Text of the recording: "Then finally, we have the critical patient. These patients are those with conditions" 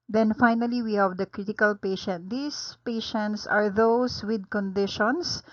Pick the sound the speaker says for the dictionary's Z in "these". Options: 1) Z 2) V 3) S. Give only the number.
3